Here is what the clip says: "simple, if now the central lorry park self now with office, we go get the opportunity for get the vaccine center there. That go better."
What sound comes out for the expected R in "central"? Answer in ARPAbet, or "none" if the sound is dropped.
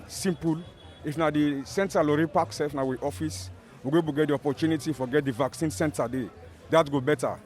none